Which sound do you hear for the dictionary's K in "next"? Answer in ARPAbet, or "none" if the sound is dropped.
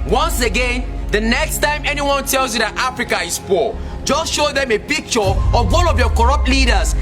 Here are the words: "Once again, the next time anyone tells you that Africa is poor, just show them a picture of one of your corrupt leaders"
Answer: K